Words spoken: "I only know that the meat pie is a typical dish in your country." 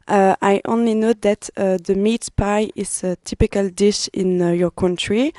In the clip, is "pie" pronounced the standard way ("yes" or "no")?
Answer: yes